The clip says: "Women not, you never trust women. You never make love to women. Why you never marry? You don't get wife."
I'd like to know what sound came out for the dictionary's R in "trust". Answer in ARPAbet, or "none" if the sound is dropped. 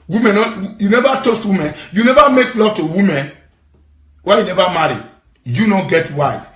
none